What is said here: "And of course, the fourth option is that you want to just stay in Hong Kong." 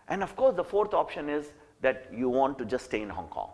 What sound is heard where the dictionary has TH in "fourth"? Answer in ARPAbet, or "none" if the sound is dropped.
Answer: T